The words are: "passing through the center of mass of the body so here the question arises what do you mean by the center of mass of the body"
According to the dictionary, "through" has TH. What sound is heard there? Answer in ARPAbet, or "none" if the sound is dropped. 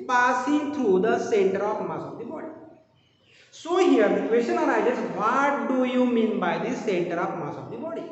T